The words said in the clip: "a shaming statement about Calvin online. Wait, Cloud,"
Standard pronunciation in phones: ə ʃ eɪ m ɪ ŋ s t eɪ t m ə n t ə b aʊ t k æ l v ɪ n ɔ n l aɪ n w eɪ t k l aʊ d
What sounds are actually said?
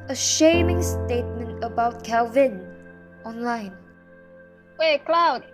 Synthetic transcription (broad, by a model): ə ʃ eɪ m ɪ ŋ s t eɪ t m ə n t ə b aʊ t k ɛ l v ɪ n ɔ n l aɪ n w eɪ k l aʊ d